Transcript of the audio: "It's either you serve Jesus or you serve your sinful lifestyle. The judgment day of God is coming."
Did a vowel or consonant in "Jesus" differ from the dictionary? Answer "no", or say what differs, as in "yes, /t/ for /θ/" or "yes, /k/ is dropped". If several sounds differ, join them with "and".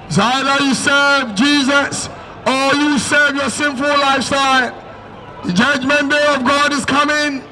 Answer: no